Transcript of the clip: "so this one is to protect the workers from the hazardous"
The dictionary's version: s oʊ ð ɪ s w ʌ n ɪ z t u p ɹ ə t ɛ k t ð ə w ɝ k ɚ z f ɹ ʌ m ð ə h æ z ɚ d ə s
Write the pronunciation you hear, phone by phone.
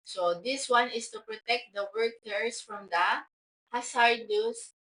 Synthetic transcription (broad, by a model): s oʊ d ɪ s w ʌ n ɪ s t u p ɹ ə t ɛ k t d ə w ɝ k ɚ s f ɹ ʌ m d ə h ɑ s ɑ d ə s